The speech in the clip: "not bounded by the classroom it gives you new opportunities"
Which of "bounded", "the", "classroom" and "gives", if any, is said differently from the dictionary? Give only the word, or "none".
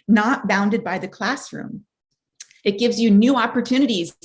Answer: none